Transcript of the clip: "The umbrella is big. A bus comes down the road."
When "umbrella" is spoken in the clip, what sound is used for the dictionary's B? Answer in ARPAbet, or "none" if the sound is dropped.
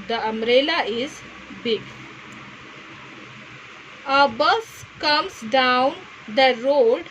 none